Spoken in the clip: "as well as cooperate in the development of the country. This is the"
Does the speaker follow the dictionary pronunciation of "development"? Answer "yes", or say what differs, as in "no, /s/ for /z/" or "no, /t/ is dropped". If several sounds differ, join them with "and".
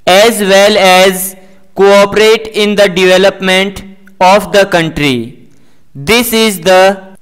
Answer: yes